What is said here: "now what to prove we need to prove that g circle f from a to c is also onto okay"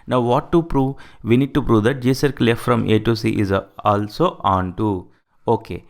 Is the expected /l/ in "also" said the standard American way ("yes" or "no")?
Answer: yes